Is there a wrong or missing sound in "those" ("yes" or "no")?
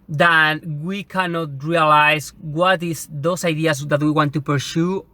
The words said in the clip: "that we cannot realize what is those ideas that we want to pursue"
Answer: yes